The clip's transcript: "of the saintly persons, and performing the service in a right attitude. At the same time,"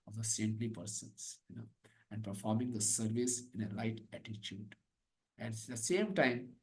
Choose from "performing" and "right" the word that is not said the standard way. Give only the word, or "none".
right